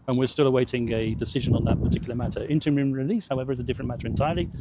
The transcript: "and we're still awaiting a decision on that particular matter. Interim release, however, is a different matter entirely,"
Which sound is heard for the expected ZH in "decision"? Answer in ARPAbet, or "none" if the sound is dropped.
ZH